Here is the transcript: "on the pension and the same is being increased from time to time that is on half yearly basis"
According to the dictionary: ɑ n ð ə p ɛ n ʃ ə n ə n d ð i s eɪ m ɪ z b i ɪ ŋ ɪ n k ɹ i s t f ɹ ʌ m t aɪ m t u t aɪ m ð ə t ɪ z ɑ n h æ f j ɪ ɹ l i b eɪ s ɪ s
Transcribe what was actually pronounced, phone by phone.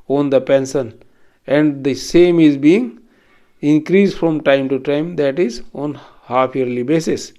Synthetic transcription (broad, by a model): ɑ n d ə p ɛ n s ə n ə n d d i s eɪ m ɪ z b i ɪ ŋ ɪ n k ɹ i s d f ɹ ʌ m t aɪ m t u t aɪ m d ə t ɪ z ɑ n h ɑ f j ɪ ɹ l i b eɪ s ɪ s